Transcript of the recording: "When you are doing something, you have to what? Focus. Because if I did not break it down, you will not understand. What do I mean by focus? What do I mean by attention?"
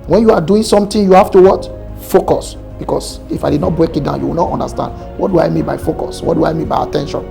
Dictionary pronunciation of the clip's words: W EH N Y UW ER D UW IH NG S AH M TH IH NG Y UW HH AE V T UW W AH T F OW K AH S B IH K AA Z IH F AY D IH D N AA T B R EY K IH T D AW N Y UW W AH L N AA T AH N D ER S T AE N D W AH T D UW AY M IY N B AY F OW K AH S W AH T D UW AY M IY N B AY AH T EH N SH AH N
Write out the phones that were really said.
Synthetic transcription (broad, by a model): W EH N Y UW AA D UW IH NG S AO M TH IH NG Y UW HH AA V T UW W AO T F OW K AH S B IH K AA S IH F AY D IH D N AA T B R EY K IH T D AW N Y UW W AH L N AA T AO N D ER S T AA N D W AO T D UW AY M IY N B AY F OW K AH S W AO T D UW AY M IY N B AY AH T EH N SH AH N